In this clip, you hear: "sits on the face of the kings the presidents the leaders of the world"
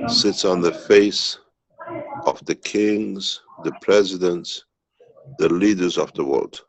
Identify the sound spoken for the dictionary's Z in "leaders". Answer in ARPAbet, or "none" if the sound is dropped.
Z